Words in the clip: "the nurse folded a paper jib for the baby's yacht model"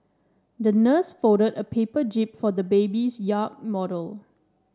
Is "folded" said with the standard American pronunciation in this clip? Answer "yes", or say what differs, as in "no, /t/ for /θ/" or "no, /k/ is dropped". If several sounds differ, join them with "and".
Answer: no, /l/ is dropped